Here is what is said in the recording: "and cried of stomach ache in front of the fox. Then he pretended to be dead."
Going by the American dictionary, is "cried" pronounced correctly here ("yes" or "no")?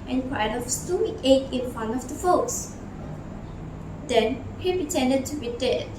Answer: no